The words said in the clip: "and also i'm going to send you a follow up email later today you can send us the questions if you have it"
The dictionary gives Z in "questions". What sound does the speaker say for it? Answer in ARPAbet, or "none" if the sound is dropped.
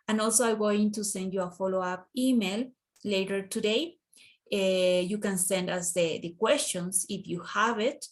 S